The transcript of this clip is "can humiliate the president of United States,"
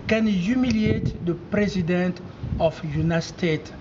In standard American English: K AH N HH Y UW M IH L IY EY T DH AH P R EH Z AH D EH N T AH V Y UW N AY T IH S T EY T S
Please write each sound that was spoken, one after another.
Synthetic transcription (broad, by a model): K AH N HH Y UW M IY L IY EY T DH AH P R EH Z AH D EH N T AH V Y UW N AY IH S T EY T